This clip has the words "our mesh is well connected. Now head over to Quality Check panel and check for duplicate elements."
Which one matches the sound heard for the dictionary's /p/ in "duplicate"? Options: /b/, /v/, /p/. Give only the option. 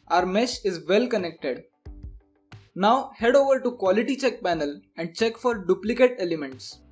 /p/